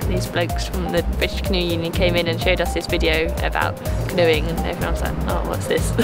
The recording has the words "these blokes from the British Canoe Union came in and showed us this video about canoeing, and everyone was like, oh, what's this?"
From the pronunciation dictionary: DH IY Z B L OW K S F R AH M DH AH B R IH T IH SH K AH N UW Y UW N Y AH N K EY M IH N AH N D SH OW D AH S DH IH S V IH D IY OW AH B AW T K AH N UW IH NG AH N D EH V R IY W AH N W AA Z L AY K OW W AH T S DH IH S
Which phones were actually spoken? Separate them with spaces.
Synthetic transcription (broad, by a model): DH IY Z B L OW K S F R AH M DH AH B R IH T IH SH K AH N UW Y UW N Y AH N K EY M IH N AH N SH OW D AH S DH IH S V IH D IY OW AH B AW T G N UW IH NG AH N EH V R IY W AH N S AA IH OW W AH T S DH IH S